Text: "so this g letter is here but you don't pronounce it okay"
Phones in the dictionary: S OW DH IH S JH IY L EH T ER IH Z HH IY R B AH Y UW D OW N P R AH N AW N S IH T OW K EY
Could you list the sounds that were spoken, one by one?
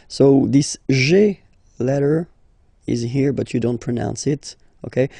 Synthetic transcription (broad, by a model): S OW DH IH S ZH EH L EH T ER IH Z HH IY R B AH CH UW D OW N P R AH N AW N S IH T OW K EY